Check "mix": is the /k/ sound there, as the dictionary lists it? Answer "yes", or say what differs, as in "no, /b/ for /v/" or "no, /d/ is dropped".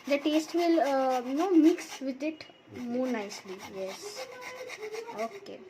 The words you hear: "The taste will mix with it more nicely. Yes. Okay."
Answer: yes